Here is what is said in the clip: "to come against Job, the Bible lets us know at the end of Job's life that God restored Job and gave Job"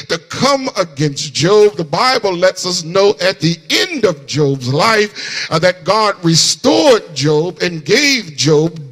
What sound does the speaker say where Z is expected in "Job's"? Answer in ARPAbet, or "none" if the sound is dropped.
Z